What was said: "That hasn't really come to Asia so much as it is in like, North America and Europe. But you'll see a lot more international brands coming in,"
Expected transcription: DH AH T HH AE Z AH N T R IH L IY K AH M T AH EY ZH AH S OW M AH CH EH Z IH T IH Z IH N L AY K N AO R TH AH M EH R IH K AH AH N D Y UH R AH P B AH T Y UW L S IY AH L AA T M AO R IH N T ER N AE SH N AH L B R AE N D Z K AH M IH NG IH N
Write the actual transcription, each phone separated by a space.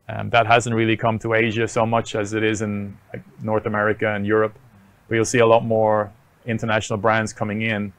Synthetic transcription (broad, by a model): DH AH T HH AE Z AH N T R IH L IY K AH M T AH EY ZH AH S OW M AH CH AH Z IH T IH Z IH N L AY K N AO R TH AH M EH R IH K AH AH N Y UH R AH P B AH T Y UW L S IY AH L AA T M AO R IH N T ER N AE SH N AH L B R AE N D Z K AH M IH NG IH N